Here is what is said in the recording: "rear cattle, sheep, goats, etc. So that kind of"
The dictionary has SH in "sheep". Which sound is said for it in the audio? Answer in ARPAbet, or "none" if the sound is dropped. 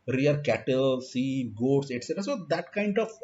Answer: S